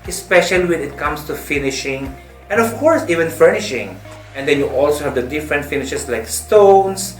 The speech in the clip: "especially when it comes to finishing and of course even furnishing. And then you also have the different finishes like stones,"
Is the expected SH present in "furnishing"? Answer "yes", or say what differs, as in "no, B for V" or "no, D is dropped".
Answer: yes